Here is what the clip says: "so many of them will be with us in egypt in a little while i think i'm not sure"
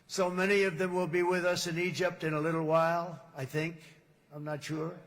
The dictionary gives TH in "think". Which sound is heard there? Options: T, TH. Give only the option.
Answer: TH